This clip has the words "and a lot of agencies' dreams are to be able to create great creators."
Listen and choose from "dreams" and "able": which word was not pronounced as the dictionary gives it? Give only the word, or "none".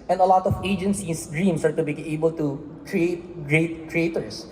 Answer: dreams